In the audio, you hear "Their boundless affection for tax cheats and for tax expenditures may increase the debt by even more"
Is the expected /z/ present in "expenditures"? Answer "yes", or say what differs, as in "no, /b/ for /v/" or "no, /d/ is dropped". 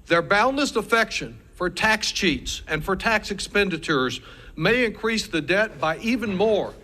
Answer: yes